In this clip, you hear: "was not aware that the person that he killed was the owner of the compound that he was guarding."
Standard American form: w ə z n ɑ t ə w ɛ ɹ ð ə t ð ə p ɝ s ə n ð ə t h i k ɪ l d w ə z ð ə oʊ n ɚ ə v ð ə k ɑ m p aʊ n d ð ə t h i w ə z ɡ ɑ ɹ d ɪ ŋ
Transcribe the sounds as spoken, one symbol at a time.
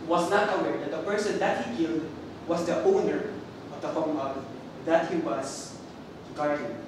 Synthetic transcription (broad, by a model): w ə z n ɑ t ə w ɛ ɹ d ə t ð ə p ɝ s ə n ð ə t h i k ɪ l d w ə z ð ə oʊ n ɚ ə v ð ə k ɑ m aʊ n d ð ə t h i w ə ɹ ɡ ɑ ɹ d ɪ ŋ